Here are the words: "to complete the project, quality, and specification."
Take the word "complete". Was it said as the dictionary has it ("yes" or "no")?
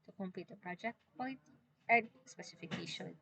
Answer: no